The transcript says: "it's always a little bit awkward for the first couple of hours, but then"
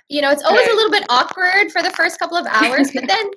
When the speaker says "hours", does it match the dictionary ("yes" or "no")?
yes